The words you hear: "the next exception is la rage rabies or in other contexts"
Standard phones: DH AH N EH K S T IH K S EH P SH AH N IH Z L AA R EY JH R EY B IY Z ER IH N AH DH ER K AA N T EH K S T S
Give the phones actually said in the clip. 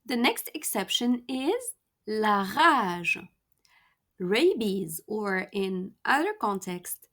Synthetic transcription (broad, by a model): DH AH N EH K S T IH K S EH P SH AH N IH Z L AA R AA ZH R EY B IY Z ER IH N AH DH ER K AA N T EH K S T